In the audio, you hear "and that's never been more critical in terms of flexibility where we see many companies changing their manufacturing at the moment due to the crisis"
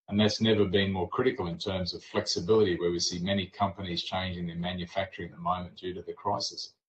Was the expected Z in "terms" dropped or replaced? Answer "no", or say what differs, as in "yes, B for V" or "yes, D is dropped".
no